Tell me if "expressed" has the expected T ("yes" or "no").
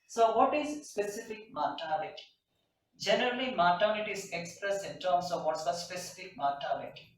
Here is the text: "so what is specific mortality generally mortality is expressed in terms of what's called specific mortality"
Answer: no